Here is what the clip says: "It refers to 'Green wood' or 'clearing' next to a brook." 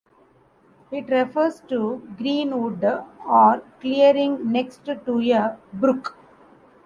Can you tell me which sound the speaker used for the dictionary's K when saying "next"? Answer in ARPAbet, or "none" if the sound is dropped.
K